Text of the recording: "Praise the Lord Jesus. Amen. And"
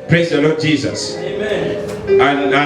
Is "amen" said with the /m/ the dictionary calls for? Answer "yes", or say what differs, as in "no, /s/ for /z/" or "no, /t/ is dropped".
no, /m/ is dropped